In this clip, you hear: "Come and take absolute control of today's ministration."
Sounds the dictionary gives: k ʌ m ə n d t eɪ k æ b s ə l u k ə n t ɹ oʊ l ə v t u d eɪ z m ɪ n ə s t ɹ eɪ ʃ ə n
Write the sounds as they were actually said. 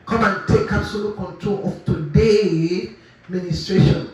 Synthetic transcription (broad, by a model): k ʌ m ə n t eɪ k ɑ s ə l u k ə n t ɹ oʊ l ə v t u d eɪ m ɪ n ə s t ɹ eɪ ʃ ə n